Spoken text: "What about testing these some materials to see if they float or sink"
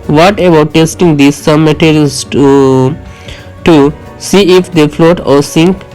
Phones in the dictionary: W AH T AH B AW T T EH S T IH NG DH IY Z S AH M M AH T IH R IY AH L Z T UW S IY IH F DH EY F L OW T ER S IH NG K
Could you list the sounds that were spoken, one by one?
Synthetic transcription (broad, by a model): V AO T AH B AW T T EH S T IH NG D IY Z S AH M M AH T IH R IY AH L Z T UW S IY IH F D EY F L OW T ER S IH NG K